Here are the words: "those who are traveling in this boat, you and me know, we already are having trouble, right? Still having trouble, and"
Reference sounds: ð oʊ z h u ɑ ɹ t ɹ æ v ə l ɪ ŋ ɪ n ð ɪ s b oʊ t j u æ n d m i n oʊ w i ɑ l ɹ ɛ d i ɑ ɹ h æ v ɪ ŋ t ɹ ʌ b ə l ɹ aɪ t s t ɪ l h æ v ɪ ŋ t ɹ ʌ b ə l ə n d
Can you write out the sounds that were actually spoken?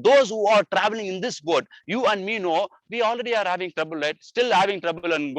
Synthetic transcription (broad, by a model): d oʊ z h u ɑ ɹ t ɹ æ v ə l ɪ ŋ ɪ n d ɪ s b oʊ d j u æ n d m i n oʊ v i ɑ l ɹ ɛ d i ɑ ɹ h æ v ɪ ŋ t ɹ ʌ b ə l ɹ aɪ t s t ɪ l h æ v ɪ ŋ t ɹ ʌ b ə l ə n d